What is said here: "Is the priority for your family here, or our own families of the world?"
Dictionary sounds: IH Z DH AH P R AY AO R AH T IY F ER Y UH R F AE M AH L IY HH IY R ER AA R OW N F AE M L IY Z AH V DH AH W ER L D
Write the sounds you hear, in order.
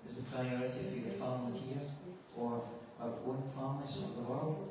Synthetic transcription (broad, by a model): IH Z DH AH P R AY AO R AH T IY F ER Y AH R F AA AH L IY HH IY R ER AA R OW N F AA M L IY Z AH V DH AH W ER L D